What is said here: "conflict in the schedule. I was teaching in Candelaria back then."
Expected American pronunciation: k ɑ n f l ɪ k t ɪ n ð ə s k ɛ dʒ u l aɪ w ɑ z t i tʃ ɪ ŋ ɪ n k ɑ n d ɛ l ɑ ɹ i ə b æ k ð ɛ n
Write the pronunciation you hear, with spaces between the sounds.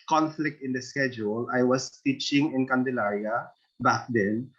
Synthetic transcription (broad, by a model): k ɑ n f l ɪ k t ɪ n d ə s k ɛ dʒ u l aɪ w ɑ s t i tʃ ɪ ŋ ɪ n k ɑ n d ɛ l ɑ ɹ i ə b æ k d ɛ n